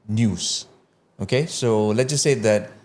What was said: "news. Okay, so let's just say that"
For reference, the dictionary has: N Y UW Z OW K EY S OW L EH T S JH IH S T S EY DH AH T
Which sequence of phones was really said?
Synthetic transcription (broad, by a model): N Y UW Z OW K EY S OW L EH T JH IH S S EY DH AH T